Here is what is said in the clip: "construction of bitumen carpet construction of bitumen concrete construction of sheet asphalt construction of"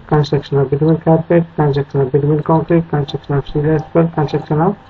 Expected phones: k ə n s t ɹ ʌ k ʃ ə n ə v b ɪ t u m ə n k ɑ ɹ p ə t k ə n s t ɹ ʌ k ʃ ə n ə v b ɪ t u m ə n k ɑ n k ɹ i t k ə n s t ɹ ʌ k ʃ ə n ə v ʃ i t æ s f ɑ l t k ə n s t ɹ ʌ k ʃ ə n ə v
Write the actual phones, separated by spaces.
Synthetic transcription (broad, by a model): k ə n s t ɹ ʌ k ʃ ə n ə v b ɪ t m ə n k ɑ ɹ p ə t k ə n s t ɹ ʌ k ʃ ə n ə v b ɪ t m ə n k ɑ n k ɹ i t k ə n s t ɹ ʌ k ʃ ə n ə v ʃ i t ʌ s p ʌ t k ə n s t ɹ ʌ k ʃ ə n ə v